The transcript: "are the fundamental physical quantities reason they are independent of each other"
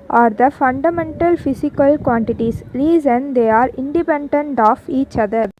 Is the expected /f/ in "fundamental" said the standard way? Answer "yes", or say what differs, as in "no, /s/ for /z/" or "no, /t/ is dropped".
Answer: yes